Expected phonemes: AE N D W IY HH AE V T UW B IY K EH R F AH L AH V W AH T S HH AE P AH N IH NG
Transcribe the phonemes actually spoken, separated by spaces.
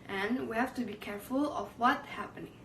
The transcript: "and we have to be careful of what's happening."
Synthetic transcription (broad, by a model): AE N W IY HH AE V T UW B IY K EH R F AH L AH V W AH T HH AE P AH N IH NG